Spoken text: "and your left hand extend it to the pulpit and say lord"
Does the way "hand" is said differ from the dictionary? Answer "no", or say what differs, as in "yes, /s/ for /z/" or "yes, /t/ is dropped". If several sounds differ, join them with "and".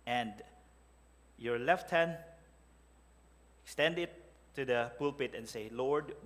yes, /d/ is dropped